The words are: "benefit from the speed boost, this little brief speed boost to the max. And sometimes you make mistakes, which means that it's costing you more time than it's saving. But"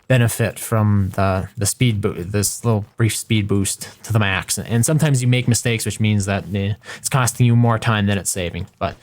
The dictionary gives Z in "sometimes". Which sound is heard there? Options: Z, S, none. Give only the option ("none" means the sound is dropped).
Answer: Z